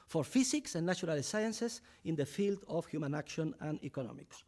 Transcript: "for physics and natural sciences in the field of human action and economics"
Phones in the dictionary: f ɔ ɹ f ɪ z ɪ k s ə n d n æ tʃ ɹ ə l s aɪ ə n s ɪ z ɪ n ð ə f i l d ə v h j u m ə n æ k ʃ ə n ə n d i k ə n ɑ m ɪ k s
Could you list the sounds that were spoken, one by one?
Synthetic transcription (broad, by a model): f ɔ ɹ f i s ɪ k s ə n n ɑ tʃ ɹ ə l s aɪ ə n s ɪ s ɪ n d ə f i l d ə f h j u m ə n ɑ k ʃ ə n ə n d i k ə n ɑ m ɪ k s